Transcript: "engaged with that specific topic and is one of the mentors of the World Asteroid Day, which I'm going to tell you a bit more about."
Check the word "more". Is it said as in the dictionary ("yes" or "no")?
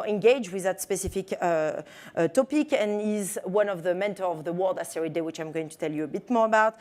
yes